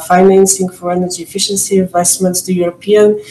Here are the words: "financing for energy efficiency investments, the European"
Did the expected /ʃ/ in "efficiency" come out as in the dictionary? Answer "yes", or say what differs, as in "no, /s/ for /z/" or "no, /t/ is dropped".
yes